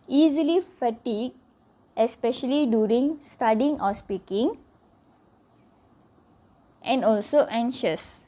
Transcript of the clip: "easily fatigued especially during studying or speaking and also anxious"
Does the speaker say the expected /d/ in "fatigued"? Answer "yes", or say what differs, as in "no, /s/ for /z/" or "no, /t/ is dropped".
no, /d/ is dropped